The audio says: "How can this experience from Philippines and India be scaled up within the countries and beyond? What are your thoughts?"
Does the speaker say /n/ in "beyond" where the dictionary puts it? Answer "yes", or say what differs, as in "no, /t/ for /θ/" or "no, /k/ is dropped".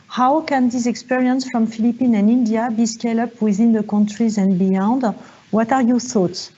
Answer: yes